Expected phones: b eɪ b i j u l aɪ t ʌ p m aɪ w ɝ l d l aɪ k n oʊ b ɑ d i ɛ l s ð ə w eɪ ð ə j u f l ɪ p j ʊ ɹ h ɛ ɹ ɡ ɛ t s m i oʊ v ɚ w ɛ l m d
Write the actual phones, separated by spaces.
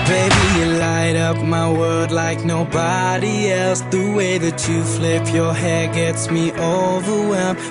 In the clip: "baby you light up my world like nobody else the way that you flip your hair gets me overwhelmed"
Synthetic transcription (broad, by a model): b eɪ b i j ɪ l aɪ t ʌ p m aɪ w ɝ d l aɪ k n oʊ b ɑ d i ɛ l s ð ə w eɪ ð ə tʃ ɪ f l ɪ p j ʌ ɹ h ɛ ɹ ɡ ɛ t s m i oʊ v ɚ w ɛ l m